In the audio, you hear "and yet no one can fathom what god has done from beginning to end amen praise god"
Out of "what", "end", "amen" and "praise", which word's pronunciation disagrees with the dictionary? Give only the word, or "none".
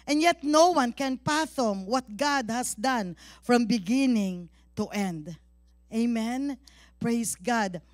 praise